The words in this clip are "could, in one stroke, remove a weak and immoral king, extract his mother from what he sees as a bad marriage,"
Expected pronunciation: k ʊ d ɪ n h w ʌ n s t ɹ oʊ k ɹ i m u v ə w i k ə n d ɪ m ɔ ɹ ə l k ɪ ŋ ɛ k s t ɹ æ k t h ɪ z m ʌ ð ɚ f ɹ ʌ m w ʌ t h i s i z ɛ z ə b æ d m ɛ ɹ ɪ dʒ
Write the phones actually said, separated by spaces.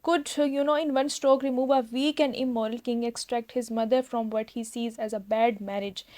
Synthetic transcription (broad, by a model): k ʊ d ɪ n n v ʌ n s t ɹ oʊ k ɹ i m u v ə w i k ə n d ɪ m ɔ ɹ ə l k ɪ ŋ ɛ k s t ɹ æ k t h ɪ z m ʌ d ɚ f ɹ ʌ m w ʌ t h i s i z ɛ z ə b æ d m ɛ ɹ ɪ dʒ